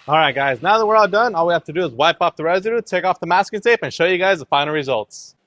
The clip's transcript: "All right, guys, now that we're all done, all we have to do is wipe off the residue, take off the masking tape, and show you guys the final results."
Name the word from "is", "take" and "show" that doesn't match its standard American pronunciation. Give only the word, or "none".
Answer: none